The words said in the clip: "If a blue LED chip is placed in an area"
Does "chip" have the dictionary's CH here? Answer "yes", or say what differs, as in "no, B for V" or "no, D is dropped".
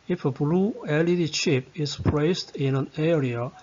no, SH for CH